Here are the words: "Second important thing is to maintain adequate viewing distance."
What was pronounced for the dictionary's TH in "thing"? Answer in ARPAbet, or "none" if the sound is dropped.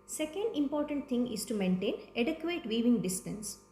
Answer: T